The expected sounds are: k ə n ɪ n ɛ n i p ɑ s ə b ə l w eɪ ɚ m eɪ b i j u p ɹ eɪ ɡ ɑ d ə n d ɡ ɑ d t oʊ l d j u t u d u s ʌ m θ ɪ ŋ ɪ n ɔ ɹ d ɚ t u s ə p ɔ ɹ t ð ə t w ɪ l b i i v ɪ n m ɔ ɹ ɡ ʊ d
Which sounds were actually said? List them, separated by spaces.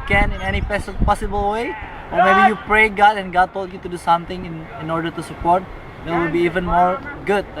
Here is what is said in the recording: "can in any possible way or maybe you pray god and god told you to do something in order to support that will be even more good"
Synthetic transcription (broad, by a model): k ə n ɪ n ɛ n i p ɑ s ə b ə l w eɪ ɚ m eɪ b i j u p ɹ eɪ ɡ ɑ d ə n ɡ ɑ d t oʊ l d j u t u d u s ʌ m t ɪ ŋ ɪ n ɔ ɹ d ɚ t u s ə p ɔ ɹ t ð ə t w ɪ l b i i v ɪ n m ɔ ɹ ɡ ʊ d